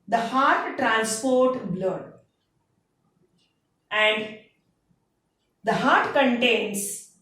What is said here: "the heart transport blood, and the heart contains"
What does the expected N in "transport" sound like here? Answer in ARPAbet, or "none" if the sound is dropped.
N